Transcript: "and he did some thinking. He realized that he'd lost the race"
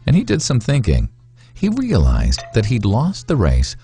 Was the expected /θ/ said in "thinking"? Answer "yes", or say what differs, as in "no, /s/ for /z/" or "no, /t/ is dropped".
yes